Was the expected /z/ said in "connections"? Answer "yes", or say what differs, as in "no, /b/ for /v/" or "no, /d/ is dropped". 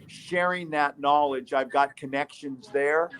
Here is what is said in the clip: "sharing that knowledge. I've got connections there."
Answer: yes